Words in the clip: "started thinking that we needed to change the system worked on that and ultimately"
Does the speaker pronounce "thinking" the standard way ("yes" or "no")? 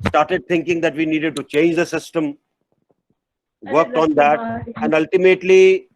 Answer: no